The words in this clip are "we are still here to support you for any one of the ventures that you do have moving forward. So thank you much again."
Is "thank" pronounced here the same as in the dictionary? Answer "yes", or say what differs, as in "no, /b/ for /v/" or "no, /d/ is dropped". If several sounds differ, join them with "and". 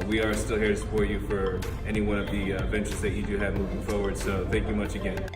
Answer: yes